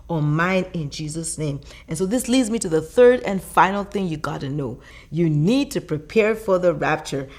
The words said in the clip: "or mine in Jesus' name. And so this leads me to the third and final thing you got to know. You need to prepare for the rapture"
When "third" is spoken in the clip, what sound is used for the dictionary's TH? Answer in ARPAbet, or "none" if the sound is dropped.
TH